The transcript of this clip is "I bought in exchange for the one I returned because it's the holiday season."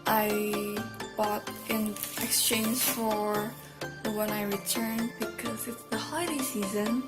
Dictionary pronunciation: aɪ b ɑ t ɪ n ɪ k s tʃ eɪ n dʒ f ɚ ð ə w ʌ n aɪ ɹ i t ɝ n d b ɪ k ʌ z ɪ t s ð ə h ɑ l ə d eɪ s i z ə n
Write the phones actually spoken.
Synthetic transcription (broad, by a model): aɪ b ɑ t ɪ n ɪ k s tʃ eɪ n dʒ f ɚ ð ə w ʌ n aɪ ɹ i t ɝ n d b ɪ k ʌ z ɪ t s ð ə h ɑ ə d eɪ s i z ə n